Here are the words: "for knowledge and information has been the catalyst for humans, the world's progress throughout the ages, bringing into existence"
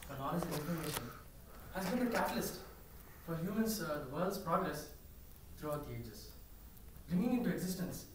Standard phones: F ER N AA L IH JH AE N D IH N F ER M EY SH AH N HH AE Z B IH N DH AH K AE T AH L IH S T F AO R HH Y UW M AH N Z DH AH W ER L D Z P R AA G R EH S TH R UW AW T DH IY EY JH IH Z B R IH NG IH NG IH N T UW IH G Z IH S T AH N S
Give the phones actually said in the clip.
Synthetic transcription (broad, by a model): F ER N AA N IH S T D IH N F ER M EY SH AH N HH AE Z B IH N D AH K AE T AH L IH S T F AO R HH Y UW M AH N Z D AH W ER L D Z P R AA G R EH S T R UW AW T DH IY EY JH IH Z B R IH NG IH NG IH N T UW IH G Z IH S T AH N S